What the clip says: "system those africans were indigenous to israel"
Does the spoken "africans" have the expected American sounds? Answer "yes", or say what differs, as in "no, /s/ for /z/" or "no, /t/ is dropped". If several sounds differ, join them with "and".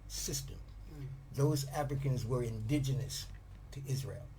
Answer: yes